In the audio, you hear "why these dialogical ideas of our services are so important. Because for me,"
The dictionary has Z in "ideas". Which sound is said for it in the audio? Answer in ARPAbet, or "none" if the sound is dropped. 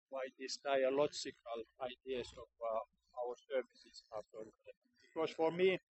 S